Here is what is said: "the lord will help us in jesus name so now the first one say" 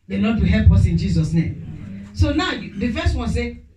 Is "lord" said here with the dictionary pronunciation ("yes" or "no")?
no